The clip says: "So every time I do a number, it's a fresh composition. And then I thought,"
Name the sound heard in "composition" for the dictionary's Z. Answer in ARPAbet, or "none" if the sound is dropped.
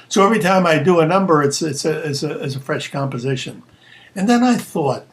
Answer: Z